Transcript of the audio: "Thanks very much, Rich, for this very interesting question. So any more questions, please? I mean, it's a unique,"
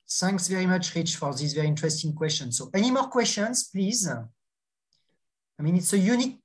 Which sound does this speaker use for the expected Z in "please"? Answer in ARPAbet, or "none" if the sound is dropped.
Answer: Z